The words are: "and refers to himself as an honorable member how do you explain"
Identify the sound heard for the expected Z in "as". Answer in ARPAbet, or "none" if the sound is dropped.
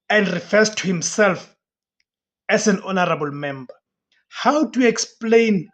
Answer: S